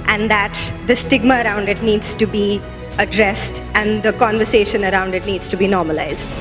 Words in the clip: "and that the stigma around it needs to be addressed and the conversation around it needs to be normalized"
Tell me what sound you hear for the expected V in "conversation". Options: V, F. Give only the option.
V